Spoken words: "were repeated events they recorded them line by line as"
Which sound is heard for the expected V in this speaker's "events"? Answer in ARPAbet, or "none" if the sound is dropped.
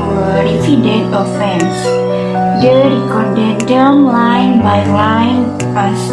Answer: F